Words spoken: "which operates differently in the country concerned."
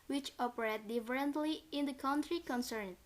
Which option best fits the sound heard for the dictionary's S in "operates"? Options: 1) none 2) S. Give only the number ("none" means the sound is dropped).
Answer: 1